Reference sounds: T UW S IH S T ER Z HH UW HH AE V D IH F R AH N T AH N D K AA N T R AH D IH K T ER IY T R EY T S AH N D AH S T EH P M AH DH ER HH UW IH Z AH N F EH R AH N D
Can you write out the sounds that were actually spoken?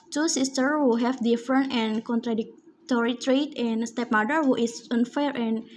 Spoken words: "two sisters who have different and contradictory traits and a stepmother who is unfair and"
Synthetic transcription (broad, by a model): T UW S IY S T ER HH UW HH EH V D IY F R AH N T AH N K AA N T R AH D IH K T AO IY T R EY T AH N S T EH P M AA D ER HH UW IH S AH N F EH R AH N